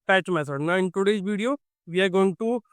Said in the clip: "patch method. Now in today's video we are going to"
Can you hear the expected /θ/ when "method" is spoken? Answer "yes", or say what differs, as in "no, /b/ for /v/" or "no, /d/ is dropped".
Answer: no, /s/ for /θ/